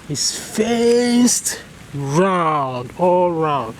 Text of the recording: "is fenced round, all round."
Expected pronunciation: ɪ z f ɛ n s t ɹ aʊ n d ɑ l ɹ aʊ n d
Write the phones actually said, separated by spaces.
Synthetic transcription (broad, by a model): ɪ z f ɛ s t ɹ aʊ n d ɑ l ɹ aʊ n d